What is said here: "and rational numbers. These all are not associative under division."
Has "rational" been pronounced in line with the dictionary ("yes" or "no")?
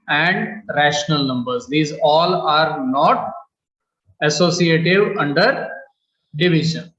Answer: yes